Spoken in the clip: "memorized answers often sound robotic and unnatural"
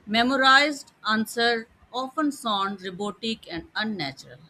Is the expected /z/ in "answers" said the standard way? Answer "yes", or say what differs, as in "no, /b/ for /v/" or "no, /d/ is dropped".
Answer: no, /z/ is dropped